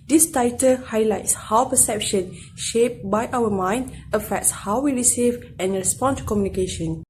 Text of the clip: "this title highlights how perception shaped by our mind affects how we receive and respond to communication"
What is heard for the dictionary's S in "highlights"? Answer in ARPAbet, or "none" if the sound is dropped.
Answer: S